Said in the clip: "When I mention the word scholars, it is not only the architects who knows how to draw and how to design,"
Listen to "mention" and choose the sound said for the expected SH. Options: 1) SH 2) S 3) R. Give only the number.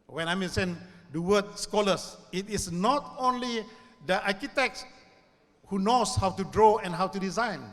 2